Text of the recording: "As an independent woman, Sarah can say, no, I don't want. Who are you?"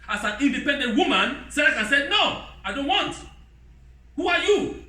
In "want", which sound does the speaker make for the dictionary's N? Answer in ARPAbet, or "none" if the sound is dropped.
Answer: N